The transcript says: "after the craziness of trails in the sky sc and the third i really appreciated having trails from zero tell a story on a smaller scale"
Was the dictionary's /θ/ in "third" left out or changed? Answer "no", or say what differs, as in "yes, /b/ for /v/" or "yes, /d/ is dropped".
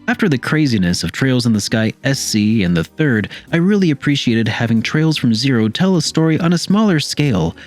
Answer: no